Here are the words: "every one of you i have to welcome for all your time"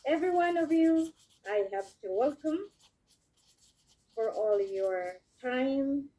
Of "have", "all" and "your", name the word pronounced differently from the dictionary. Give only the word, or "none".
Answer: have